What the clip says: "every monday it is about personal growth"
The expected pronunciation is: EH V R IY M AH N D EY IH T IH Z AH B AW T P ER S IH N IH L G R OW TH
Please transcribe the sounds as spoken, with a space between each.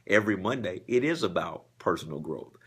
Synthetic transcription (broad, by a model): EH V R IY M AH N D EY IH T IH Z AH B AW T P ER S N L G R OW TH